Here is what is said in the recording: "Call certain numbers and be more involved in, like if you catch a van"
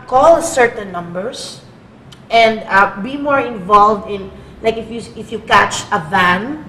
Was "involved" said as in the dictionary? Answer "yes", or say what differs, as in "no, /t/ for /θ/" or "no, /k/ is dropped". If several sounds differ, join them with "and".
yes